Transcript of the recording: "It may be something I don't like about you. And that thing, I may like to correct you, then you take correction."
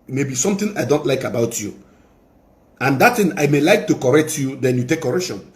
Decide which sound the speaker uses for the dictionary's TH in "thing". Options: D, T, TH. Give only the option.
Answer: T